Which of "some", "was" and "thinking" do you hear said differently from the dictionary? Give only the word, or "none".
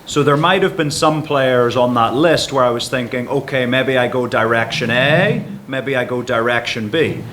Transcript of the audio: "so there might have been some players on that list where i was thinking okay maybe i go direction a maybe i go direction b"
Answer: none